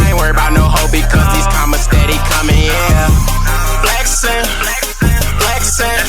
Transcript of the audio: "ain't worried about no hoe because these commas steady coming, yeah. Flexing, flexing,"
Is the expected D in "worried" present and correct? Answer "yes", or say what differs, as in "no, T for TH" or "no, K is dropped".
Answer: no, D is dropped